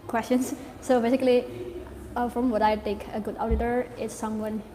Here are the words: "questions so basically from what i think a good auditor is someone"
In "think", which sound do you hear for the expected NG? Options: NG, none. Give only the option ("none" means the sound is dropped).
none